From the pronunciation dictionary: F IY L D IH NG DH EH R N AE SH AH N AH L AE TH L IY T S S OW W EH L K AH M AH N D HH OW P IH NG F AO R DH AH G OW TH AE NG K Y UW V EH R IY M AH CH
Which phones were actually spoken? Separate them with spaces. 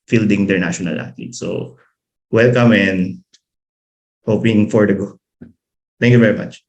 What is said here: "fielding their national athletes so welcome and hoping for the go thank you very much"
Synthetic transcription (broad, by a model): F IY L D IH NG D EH R N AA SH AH N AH L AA T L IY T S S OW W EH L K AH M AH N D HH OW P IH NG F AO R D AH G OW T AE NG K Y UW V EH R IY M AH CH